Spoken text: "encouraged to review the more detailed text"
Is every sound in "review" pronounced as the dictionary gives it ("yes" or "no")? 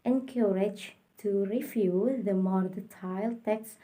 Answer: no